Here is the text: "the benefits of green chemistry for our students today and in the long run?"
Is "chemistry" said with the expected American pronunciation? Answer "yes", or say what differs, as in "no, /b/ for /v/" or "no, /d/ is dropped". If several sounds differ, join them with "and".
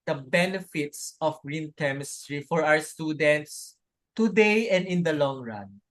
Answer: yes